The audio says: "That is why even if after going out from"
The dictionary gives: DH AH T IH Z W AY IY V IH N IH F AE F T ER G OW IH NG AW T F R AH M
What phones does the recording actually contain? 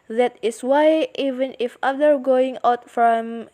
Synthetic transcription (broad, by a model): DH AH T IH S W AY IY V IH N IH F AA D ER G OW IH NG AW T F R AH M